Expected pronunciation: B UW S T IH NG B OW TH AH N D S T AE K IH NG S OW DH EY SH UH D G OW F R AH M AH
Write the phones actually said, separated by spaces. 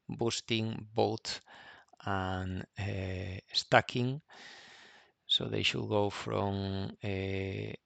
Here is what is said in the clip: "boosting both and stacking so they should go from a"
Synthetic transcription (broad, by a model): B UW S T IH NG B OW T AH N S T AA K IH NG S OW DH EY SH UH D G OW F R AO M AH